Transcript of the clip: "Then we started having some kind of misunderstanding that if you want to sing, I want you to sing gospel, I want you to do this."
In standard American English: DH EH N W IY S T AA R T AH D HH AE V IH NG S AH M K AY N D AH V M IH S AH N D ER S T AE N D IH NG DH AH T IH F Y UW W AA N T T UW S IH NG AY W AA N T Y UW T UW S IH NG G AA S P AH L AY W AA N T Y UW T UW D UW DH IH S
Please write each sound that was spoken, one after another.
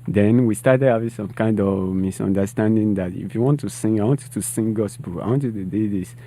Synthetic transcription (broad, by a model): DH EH N W IY S T AA R T AH D HH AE V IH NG S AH M K AY N D AH V M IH S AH N D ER S T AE N D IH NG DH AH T IH F Y UW W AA N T T UW S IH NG AY W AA N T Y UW T UW S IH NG G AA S B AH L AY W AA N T Y UW T UW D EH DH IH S